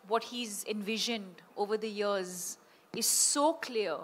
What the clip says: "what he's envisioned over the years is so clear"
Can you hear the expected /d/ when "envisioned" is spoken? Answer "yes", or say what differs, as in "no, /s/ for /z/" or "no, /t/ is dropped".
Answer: yes